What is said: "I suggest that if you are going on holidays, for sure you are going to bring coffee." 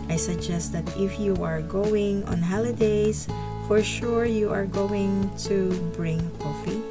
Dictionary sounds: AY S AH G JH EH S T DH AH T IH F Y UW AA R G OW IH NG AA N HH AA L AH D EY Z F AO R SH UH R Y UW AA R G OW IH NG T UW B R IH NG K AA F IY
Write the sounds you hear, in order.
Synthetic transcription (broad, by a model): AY S AH G JH EH S T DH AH T IH F Y UW AA R G OW IH NG AA N HH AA L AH D EY S F AO R SH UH R Y UW AA R G OW IH NG T UW B R IH NG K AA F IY